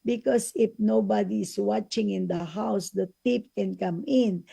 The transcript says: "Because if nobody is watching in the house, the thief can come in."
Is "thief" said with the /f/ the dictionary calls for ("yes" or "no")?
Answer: no